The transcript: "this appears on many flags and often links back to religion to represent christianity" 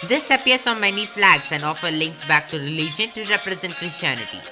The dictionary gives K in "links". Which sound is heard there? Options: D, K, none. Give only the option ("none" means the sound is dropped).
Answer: K